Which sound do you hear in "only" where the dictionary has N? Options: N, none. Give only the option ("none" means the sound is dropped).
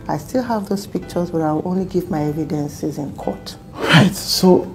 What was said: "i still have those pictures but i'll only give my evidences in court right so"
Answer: N